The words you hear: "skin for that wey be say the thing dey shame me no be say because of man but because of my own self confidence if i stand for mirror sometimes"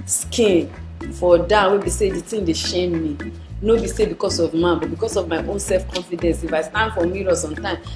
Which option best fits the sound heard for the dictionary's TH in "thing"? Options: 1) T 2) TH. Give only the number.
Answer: 1